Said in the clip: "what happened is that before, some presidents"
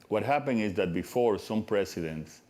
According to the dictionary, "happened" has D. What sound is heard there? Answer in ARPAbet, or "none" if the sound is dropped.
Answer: none